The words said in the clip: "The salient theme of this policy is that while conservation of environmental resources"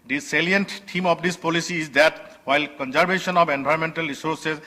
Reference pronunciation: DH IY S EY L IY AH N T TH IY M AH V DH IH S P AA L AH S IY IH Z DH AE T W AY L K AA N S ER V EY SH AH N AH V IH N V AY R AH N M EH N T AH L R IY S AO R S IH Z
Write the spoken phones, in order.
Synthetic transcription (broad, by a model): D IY S EY L IY AH N T T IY M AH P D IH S P AA L AH S IY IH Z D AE T W AY L K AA N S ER B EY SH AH N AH P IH N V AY AH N M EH N T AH L R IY S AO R S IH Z